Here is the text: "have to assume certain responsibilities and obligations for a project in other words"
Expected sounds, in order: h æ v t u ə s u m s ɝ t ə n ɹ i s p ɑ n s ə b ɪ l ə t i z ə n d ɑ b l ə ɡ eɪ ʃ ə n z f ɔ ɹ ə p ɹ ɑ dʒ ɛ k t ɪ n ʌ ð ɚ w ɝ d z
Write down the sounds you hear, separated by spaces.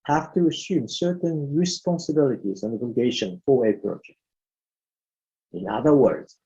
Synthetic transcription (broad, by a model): h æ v t u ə s u m s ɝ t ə n ɹ i s p ɑ n s ə b ɪ l ə t i z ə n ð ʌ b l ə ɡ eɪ ʃ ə n f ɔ w ə p ɹ ɑ dʒ ɛ k t ɪ n ʌ ð ɚ w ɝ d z